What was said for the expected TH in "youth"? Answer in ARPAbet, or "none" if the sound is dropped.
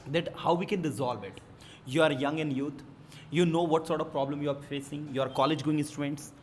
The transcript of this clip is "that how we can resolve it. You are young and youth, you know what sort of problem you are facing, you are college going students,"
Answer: T